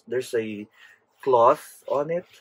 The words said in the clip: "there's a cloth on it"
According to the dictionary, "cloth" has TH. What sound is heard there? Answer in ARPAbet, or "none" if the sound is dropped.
TH